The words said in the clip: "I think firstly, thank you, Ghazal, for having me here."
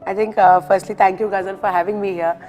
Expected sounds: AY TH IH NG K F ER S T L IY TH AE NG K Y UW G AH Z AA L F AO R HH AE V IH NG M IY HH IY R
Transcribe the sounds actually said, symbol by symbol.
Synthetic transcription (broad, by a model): AY T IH NG K F ER S T L IY T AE NG K Y UW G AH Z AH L F AO R HH AE V IH NG M IY HH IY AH